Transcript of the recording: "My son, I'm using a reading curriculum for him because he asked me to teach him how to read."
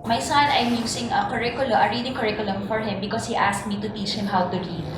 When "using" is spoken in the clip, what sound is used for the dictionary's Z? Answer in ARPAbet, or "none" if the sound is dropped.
S